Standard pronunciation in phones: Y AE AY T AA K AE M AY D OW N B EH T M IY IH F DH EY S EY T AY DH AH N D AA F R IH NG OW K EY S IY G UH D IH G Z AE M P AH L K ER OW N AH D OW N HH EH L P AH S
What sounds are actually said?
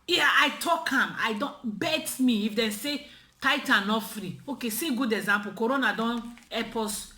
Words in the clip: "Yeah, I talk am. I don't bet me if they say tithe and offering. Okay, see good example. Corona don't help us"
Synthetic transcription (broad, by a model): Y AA AY T AA K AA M AY D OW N B EH T M IY IH F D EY S EY T AY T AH N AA F R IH OW K EY S IY G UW D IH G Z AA M P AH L K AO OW N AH D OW N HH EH P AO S